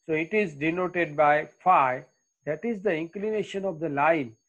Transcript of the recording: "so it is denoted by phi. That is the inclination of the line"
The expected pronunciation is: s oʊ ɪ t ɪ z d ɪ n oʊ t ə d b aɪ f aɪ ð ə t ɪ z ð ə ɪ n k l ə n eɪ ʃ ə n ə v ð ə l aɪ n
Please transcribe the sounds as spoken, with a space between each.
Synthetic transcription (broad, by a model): s oʊ ɪ t ɪ z d ɪ n oʊ t ə d b aɪ f aɪ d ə t ɪ z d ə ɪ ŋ k l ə n eɪ ʃ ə n ə v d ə l aɪ n